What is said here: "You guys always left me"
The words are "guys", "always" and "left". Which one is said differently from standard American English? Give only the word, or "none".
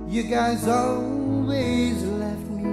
none